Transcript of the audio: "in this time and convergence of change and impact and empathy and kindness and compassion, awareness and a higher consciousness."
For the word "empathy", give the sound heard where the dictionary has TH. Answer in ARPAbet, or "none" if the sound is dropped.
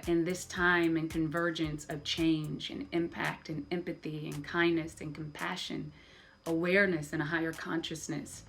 TH